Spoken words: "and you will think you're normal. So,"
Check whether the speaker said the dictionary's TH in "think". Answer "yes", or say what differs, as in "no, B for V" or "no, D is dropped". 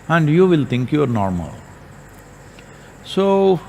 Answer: no, T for TH